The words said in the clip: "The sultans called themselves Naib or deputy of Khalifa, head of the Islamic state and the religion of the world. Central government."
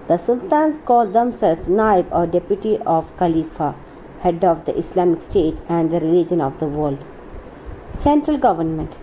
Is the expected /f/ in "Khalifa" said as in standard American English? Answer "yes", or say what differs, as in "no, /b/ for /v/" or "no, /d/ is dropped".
yes